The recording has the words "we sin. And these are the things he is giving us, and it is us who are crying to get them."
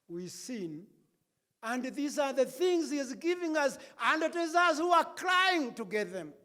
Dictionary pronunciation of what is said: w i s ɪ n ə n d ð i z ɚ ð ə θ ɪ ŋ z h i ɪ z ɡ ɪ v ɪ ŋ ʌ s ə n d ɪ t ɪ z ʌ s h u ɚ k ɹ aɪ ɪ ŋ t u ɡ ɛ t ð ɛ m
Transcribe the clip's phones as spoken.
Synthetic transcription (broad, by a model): w i s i n ə n d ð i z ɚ ð ə θ ɪ ŋ z h i ɪ z ɡ ɪ v ɪ ŋ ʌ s ə n d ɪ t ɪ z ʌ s h u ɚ k ɹ aɪ ɪ ŋ t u ɡ ɛ t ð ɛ m